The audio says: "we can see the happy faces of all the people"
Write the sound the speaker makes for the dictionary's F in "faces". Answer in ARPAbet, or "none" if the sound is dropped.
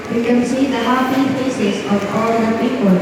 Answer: P